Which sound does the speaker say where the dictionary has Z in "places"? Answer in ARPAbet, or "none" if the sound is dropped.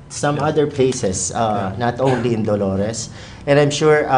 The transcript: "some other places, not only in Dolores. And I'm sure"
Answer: S